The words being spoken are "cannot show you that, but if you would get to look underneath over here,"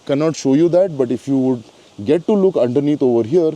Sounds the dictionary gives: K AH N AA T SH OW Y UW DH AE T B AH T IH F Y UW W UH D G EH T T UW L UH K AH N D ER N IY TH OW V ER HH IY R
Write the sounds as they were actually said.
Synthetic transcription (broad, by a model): K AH N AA T SH OW Y UW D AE T B AH T IH F Y UW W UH D G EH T T UW L UH K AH N D ER N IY T OW V ER HH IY R